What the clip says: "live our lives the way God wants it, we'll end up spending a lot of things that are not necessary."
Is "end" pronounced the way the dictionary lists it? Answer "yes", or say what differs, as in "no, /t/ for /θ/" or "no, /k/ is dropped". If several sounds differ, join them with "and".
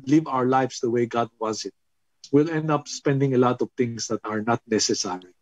yes